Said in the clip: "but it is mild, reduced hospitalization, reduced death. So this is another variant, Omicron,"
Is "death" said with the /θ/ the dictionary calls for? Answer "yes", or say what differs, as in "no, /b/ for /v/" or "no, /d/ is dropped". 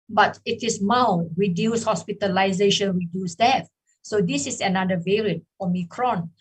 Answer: no, /f/ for /θ/